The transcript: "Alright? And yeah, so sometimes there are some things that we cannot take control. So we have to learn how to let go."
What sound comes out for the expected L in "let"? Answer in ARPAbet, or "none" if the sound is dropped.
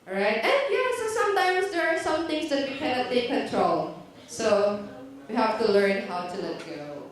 L